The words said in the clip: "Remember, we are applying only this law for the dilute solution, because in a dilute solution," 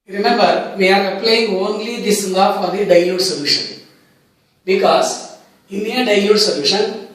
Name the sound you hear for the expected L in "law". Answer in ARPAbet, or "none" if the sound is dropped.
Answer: N